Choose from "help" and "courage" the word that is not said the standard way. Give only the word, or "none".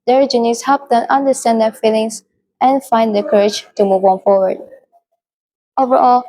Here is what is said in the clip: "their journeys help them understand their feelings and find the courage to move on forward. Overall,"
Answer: help